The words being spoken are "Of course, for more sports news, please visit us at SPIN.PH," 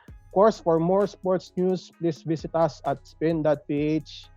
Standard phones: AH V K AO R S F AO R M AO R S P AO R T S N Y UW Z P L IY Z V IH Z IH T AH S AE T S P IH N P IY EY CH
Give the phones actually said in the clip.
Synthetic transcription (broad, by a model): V K AO R S F AO R M AO R S P AO R T S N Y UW S P L IY S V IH S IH T AH S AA T S P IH N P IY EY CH